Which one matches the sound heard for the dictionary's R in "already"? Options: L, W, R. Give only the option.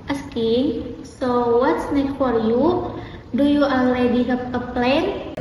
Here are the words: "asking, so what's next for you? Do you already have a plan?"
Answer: L